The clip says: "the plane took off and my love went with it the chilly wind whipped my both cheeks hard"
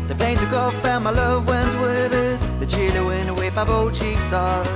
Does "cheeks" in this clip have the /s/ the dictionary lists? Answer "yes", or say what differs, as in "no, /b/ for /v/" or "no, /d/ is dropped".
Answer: yes